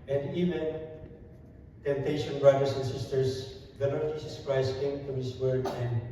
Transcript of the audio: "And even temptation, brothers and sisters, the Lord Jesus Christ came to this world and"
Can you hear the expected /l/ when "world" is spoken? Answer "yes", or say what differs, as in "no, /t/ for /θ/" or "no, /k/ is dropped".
no, /l/ is dropped